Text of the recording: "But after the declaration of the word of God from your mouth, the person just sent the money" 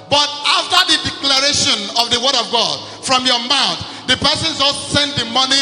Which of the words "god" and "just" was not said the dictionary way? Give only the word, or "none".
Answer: just